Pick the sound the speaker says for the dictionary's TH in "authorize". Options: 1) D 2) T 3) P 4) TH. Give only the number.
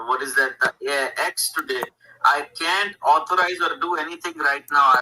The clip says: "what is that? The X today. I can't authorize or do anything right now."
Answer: 2